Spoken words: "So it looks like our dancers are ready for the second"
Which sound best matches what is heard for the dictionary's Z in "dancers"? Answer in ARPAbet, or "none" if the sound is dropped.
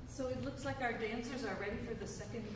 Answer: Z